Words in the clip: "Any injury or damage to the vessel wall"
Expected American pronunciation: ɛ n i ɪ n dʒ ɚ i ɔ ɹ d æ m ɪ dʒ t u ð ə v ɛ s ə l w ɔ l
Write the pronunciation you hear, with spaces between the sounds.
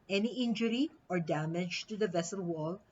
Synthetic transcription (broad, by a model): ɛ n i ɪ n dʒ ɚ i ɔ ɹ d æ m ɪ dʒ t u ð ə v ɛ s ə l w ɔ l